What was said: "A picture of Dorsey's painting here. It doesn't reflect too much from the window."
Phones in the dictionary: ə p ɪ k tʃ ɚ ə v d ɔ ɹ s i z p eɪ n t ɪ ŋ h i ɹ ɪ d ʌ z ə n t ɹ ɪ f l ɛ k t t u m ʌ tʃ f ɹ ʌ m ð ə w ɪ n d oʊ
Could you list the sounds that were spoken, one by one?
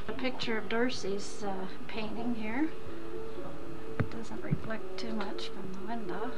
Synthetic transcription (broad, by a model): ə p ɪ k tʃ ɚ ə v d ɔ ɹ s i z p eɪ n t ɪ ŋ h i ɹ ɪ d ʌ z ə n t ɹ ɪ f l ɛ k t t u m ʌ tʃ f ɹ ʌ m ð ə w ɪ n d oʊ